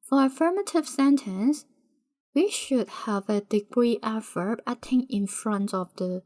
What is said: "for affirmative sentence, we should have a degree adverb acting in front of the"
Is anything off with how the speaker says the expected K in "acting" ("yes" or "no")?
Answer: yes